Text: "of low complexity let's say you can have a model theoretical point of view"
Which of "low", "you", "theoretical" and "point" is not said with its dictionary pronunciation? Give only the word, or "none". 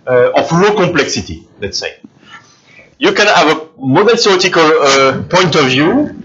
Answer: theoretical